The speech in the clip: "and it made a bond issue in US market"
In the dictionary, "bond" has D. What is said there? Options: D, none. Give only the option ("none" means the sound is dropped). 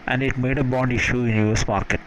D